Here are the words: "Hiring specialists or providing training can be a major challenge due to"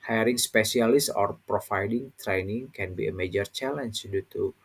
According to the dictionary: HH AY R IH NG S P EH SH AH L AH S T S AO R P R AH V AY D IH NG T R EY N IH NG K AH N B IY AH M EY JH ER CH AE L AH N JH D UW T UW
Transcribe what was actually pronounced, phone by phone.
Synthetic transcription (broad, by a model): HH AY R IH NG S P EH S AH L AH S S AO R P R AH F AY D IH NG T R EY N IH NG K AH N B IY AH M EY JH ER CH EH L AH N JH D UW T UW